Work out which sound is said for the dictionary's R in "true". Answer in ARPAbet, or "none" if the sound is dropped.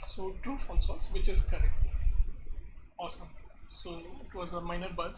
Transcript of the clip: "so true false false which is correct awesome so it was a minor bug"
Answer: none